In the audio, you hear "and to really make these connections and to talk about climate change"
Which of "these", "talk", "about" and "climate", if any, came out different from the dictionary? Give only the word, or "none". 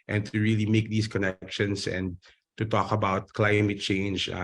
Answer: these